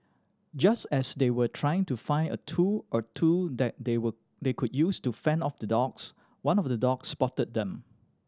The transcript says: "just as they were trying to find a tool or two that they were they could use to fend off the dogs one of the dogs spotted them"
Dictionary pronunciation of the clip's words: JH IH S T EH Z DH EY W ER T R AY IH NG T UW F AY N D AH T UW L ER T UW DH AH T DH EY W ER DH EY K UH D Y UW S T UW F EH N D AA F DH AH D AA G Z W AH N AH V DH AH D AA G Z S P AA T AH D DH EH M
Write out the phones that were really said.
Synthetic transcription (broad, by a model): JH IH S T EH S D EY W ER T R AY IH NG T UW F AY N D AH T UW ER T UW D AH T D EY W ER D EY K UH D Y UW S T UW F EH N AA F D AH D AA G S W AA N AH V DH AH D AA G S P AA T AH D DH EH M